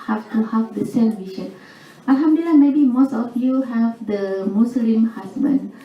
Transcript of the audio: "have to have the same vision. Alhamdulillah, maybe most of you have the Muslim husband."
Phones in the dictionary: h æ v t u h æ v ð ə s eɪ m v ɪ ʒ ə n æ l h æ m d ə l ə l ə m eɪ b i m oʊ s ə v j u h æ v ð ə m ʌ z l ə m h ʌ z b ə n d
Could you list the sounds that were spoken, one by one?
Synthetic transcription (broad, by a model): h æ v t u h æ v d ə s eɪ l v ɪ ʃ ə n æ l h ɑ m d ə ə l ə m eɪ b i m oʊ s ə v j u h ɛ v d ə m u s l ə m h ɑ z b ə n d